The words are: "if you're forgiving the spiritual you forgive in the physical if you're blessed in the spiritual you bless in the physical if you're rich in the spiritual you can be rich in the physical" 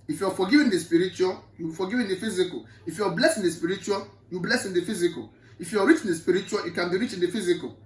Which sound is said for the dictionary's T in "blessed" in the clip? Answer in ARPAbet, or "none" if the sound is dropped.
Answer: none